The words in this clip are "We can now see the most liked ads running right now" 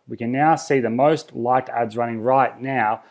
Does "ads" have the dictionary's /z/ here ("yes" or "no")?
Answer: yes